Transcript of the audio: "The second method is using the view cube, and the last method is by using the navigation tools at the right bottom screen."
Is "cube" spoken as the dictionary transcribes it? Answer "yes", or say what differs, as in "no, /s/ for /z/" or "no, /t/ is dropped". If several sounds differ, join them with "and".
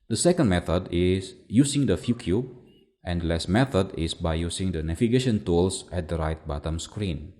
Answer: no, /b/ is dropped